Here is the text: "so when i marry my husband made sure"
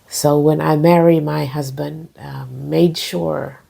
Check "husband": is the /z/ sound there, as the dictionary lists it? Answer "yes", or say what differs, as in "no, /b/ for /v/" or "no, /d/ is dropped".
yes